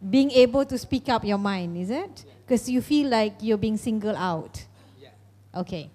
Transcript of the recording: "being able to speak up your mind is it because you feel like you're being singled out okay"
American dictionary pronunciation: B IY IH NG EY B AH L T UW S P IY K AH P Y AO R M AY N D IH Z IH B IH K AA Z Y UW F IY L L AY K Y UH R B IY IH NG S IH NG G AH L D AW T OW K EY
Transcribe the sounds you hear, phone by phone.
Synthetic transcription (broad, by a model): B IY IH NG EY B AH L T UW S P IY K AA P Y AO M AY N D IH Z IH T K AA S Y UW F IY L L AY K Y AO B IY IH NG S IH NG G AH L AW T OW K EY